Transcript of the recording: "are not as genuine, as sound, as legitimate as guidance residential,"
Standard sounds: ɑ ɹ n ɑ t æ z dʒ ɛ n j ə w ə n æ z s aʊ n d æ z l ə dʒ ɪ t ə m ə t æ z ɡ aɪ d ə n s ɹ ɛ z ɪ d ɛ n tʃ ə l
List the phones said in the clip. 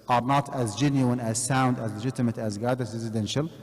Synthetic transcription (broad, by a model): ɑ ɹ n ɑ t æ z dʒ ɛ n j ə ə n æ z s aʊ n d æ z l ə dʒ ɪ t ə m ə t æ z ɡ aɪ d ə s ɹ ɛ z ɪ d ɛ n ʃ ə l